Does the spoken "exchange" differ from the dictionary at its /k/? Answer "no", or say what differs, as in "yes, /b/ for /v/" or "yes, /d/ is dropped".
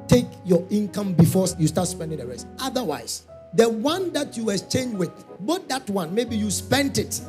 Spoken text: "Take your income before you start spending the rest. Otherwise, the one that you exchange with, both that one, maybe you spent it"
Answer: yes, /k/ is dropped